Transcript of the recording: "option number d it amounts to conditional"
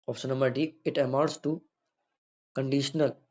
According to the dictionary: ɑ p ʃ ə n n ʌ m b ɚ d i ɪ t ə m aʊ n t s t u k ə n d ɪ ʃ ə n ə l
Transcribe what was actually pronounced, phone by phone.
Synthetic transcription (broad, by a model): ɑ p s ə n n ʌ m b ɚ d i ɪ t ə m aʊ t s t u k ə n d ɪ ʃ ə n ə l